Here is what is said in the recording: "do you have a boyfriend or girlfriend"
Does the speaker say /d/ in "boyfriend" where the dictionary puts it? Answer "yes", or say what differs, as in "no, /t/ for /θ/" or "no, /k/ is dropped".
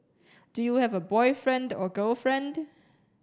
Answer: yes